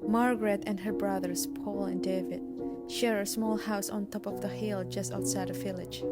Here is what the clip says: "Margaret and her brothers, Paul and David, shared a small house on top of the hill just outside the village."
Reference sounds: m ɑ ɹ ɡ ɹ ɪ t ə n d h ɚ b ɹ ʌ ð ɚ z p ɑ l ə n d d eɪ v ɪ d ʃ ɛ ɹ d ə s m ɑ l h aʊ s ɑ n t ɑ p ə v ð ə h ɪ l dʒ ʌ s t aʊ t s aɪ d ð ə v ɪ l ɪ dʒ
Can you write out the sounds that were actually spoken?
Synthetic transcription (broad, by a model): m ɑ ɹ ɡ ɹ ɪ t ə n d h ɚ b ɹ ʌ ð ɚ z p ɑ l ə n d d eɪ v ɪ d ʃ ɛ ɹ ə s m ɑ l h aʊ s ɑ n t ɑ p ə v ð ə h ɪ l dʒ ʌ s t aʊ t s aɪ d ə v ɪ l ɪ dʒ